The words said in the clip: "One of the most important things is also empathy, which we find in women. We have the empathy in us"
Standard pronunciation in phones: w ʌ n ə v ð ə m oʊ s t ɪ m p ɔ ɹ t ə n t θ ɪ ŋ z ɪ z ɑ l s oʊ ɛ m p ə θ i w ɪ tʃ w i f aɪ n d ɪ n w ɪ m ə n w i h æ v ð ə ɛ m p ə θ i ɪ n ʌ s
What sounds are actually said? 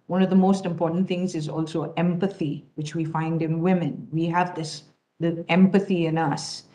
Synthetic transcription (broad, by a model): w ʌ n ə v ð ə m oʊ s t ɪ m p ɔ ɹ t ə n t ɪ ŋ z ɪ z ɑ l s oʊ ɛ m p ə θ i w ɪ tʃ w i f aɪ n d ɪ n w ɪ m ə n w i h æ v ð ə ɛ m p ə θ i ɪ n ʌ s